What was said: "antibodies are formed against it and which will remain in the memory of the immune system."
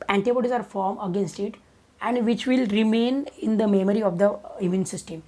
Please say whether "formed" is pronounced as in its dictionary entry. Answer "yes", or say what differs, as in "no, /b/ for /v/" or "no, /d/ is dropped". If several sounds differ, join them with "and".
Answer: no, /d/ is dropped